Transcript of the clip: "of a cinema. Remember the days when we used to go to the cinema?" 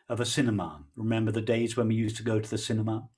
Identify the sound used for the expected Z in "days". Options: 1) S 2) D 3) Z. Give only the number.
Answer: 3